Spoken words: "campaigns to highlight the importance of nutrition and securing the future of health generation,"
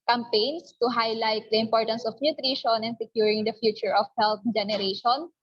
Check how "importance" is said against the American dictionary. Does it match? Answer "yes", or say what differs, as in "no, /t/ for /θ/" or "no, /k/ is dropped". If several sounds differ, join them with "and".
yes